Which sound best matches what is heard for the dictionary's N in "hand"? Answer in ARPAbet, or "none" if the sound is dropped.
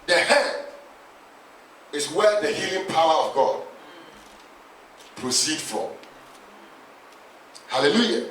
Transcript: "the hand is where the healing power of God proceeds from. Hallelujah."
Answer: none